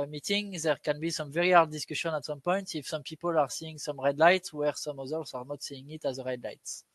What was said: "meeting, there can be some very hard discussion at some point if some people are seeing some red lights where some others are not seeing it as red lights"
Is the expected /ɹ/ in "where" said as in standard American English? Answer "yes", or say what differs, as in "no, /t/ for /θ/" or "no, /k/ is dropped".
yes